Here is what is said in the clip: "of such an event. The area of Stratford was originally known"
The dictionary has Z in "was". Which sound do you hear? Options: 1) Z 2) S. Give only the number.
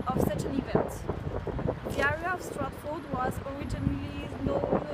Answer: 1